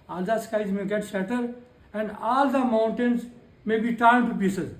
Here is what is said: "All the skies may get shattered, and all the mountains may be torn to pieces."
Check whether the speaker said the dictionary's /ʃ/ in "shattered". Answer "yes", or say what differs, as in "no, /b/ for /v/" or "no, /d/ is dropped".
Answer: no, /s/ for /ʃ/